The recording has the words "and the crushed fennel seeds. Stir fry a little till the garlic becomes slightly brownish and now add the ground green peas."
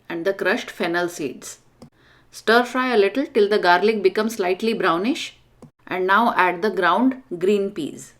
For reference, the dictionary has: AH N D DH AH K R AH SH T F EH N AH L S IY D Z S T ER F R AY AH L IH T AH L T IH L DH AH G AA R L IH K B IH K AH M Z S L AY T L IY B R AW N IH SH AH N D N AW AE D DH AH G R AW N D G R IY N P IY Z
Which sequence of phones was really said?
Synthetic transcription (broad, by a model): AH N D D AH K R AH SH T F EH N AH L S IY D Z S T ER F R AY AH L IH T AH L T IH L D AH G AA R L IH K B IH K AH M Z S L AY T L IY B R AW N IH SH AH N D N AW AE D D AH G R AW N D G R IY N P IY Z